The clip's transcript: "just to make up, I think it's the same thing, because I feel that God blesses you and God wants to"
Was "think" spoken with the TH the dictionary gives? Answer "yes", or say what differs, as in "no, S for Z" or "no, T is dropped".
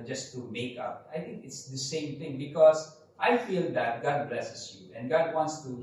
no, T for TH